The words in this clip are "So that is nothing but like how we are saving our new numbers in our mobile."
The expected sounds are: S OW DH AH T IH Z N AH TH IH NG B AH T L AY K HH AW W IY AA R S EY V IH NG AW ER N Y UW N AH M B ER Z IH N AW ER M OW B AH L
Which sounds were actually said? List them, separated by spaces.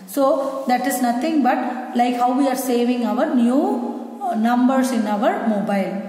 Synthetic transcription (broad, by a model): S OW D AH T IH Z N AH T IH NG B AH T L AY K HH AW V IY AA R S EY V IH NG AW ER N Y UW N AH M B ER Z IH N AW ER M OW B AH L